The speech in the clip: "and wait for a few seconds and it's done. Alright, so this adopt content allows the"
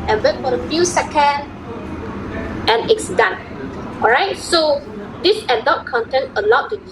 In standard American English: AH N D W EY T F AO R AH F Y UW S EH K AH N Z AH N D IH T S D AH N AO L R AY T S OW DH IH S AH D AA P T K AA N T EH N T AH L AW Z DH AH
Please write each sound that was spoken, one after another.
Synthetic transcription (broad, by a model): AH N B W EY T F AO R AH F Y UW S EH K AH N AH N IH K S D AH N AO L R AY T S OW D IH S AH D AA T K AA N T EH N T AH L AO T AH